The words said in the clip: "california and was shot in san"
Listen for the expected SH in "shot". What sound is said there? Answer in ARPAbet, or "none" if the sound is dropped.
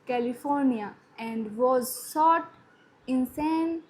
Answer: S